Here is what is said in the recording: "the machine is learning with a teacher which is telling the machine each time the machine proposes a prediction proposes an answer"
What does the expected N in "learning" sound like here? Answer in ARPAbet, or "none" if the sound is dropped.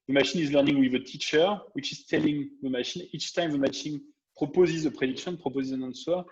N